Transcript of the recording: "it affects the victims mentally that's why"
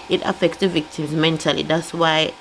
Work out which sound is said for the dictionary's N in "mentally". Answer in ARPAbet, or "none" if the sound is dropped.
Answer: N